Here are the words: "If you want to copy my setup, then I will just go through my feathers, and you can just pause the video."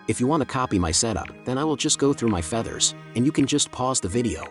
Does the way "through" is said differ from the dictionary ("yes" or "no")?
no